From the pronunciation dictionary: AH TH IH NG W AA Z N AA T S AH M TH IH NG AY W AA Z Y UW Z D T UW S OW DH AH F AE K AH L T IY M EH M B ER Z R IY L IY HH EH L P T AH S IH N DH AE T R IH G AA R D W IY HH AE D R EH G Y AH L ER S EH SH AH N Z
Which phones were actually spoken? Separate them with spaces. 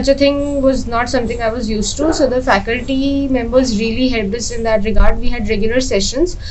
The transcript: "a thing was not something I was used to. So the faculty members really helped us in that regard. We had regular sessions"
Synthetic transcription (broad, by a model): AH T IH NG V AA Z N AA T S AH M T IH NG AY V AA Z Y UW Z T T UW S OW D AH F AE K AH L T IY M EH M B ER Z R IY L IY HH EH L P AH S IH N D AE T R IH G AA R D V IY HH AE D R EH G Y AH L ER S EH SH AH N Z